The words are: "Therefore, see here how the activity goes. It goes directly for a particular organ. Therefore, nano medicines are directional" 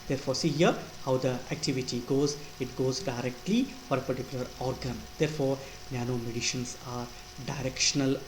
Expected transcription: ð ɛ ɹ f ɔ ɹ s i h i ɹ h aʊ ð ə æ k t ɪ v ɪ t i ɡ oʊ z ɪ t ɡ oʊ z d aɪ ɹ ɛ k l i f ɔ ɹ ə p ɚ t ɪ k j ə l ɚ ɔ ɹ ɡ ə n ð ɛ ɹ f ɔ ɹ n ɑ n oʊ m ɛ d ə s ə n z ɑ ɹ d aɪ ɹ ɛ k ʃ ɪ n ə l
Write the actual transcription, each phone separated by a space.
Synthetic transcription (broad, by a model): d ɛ ɹ f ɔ ɹ s i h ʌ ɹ h aʊ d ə æ k t ɪ v ɪ t i ɡ oʊ z ɪ t ɡ oʊ z d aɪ ɹ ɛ k l i f ɔ ɹ ə p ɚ t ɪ k j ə l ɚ ɔ ɹ ɡ ə n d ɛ ɹ f ɔ ɹ n ɑ n oʊ m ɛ d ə ʃ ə n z ɑ ɹ d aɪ ɹ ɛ k ʃ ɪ n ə l